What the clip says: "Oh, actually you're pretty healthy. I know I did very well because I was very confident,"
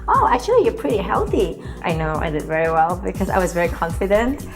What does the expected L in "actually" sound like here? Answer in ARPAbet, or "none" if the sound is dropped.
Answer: none